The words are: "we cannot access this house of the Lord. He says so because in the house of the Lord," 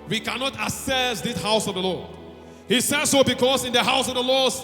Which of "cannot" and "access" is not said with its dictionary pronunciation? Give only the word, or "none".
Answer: access